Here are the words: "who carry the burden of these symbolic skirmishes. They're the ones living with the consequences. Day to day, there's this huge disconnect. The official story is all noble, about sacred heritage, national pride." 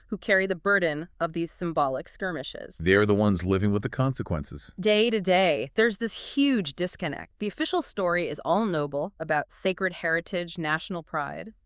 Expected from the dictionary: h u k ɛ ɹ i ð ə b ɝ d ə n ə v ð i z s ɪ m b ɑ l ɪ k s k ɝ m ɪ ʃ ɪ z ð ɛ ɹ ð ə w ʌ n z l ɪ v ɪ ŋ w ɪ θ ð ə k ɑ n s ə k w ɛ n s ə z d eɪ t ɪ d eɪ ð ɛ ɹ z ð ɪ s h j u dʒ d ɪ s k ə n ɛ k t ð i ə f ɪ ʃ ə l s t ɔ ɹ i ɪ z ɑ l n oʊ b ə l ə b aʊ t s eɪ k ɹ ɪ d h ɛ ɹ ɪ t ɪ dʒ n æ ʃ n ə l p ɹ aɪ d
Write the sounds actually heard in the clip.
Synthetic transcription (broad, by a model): h u k ɛ ɹ i ð ə b ɝ d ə n ə v ð i z s ɪ m b ɑ l ɪ k s k ɝ m ɪ ʃ ɪ z ð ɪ ɹ ð ə w ʌ n z l ɪ v ɪ ŋ w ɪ ð ə k ɑ n s ə k w ɛ n s ə z d eɪ t ɪ d eɪ ð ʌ ɹ z ð ɪ s h j u dʒ d ɪ s k ə n ɛ k t ð i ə f ɪ ʃ l s t ɔ ɹ i ɪ z ɑ l n oʊ b l ə b aʊ t s eɪ k ɹ ɪ d h ɛ ɹ ɪ t ɪ dʒ n æ ʃ n l p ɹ aɪ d